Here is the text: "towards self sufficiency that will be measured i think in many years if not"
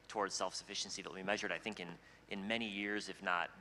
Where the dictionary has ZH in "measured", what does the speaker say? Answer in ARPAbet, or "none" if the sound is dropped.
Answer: ZH